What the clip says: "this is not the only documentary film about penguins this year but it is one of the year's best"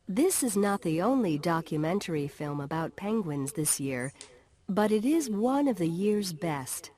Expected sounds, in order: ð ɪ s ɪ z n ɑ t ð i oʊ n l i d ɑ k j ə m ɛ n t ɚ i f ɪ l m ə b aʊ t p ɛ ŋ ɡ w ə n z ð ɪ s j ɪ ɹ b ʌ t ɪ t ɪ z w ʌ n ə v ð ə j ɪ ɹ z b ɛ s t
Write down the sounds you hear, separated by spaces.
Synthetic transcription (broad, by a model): ð ɪ s ɪ z n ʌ t ð i oʊ n l i d ɑ k j ə m ɛ n t ɚ i f ɪ l m ə b aʊ t p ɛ ŋ ɡ w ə n z ð ɪ s j ɪ ɹ b ʌ t ɪ t ɪ z w ʌ n ə v ð ə j ɪ ɹ z b ɛ s t